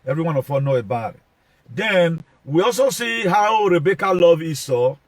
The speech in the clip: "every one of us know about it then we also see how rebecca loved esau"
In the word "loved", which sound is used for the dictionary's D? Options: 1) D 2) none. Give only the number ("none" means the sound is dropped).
2